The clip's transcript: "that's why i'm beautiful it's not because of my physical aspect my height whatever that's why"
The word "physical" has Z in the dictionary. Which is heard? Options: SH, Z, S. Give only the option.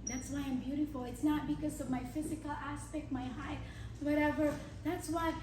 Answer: Z